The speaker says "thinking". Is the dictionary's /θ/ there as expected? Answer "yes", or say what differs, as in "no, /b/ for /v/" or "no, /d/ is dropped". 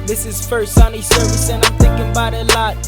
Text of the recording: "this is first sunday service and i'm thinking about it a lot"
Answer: yes